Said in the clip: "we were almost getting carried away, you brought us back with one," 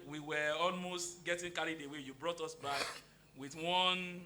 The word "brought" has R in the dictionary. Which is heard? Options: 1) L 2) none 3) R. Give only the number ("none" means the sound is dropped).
3